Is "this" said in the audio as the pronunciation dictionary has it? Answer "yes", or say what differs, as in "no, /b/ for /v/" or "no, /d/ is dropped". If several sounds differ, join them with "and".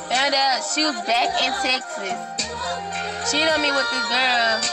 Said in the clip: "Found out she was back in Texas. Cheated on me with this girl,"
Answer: no, /s/ is dropped